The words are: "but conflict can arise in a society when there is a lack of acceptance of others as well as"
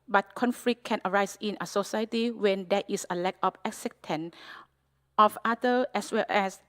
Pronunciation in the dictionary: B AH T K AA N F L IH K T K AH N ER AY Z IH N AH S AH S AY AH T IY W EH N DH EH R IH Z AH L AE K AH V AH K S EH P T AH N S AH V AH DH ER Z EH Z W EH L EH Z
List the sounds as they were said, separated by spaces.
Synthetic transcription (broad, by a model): B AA T K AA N F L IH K K AH N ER AY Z IH N AH S AH S AY AH T IY W EH N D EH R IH S AH L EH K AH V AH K S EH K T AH N AH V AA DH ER EH S W EH L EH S